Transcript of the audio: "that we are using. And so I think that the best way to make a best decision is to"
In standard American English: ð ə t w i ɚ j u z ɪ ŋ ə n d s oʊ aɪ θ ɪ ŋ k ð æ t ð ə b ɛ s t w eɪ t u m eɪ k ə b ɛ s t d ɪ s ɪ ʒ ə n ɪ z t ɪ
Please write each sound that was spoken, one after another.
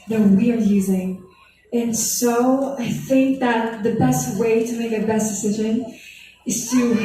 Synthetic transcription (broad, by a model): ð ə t w i ɚ j u z ɪ ŋ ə n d s oʊ aɪ θ ɪ ŋ k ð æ t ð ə b ɛ s t w eɪ t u m eɪ k ə b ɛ s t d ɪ s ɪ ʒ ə n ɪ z t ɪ